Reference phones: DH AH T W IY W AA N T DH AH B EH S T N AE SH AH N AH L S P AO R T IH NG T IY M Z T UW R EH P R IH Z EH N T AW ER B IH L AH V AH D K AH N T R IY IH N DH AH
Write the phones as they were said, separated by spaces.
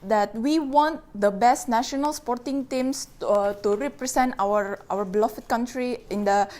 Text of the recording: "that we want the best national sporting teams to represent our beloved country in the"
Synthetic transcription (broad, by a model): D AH T W IY W AA N T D AH B EH S T N AE SH AH N AH L S P AO R T IH NG T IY M S T UW R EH P R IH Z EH N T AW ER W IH L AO F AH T K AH N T R IY IH N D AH